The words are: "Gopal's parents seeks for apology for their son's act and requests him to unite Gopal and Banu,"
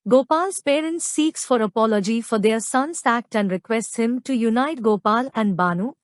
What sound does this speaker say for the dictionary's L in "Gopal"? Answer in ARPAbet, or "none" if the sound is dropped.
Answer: L